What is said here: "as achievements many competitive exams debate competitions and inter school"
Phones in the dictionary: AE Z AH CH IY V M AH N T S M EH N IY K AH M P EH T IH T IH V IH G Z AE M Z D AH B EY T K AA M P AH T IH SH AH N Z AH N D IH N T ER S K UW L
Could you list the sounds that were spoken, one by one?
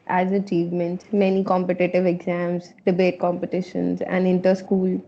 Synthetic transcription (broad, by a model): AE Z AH CH IY V M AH N T M EH N IY K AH M P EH T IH T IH V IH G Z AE M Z D AH B EY T K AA M P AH T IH SH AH N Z AH N D IH N T ER S K UW L